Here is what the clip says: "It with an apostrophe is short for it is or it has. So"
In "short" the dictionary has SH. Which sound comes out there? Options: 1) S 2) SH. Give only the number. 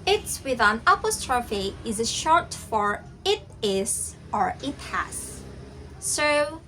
2